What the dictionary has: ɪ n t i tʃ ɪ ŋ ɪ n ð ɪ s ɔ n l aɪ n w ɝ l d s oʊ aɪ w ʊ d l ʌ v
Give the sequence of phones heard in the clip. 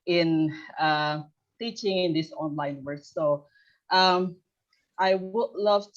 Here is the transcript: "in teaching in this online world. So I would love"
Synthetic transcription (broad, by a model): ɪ n t i tʃ ɪ ŋ ɪ n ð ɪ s ɔ n l aɪ n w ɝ d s oʊ aɪ w ʊ d l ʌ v